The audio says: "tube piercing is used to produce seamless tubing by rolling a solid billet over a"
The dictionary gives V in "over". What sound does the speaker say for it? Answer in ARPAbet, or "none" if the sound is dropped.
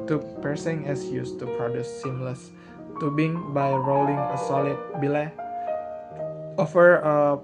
F